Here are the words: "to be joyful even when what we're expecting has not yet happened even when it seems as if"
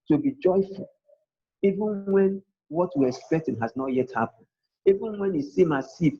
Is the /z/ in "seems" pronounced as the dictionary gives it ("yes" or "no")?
no